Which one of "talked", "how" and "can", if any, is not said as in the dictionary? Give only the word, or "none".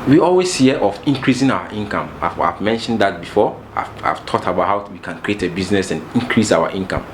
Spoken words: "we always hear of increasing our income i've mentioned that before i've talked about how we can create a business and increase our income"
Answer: talked